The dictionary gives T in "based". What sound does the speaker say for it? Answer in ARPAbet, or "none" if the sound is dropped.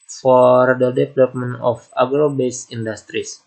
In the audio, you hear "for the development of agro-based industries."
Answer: none